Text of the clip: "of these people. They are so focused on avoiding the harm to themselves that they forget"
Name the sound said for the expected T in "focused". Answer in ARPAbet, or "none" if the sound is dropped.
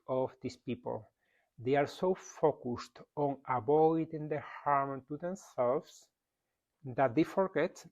T